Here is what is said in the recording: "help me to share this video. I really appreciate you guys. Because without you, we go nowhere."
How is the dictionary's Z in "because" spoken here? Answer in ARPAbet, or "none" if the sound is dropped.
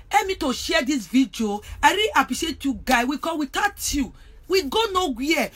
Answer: none